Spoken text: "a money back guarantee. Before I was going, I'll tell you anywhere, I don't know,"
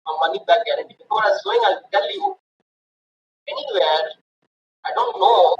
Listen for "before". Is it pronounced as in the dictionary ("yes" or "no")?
no